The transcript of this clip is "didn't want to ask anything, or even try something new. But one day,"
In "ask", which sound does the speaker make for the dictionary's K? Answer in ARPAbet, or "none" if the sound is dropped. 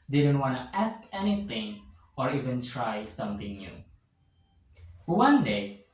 K